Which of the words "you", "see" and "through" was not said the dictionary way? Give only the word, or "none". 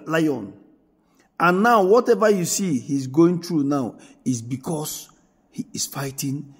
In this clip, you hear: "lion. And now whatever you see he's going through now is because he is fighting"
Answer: through